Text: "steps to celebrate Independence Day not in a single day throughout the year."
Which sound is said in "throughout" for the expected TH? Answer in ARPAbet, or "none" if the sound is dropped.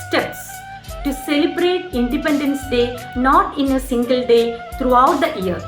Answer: T